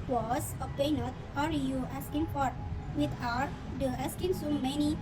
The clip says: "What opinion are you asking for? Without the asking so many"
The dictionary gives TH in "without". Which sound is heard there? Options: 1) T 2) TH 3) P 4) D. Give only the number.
1